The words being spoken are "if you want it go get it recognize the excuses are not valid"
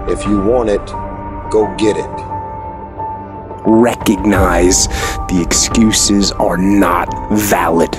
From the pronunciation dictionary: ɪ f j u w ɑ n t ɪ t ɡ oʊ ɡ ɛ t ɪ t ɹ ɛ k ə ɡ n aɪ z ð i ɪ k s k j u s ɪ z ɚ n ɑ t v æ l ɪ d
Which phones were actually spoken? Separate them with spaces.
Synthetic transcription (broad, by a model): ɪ f j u w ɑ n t ɪ t ɡ oʊ ɡ ɛ t ɪ t ɹ ɛ k ə ɡ n aɪ z ð i ɪ k s k j u s ɪ z ɚ n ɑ t v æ l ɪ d